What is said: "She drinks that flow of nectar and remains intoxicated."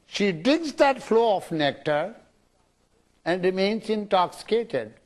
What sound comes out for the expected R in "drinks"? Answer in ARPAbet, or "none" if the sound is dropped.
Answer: none